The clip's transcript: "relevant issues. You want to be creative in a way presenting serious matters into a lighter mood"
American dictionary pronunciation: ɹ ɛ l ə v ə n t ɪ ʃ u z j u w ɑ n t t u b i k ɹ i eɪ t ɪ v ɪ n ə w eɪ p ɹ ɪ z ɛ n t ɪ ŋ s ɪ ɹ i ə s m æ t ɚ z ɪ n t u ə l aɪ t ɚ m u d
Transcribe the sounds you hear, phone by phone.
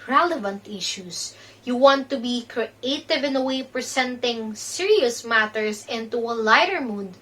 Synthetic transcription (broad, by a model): ɹ ɛ l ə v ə n t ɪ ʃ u s j u w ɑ n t t u b i k ɹ i eɪ t ɪ v ɪ n ə w eɪ p ɹ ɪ s ɛ n t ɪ ŋ s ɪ ɹ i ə s m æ t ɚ s ɪ n t u ə l aɪ t ɚ m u d